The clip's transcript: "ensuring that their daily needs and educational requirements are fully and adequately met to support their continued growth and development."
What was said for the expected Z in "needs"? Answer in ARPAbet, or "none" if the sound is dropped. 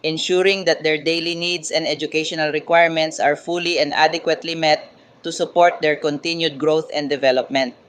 S